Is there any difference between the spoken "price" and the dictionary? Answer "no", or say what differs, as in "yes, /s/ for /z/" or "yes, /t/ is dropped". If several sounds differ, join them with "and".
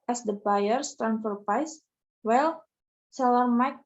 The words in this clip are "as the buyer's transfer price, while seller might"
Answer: yes, /ɹ/ is dropped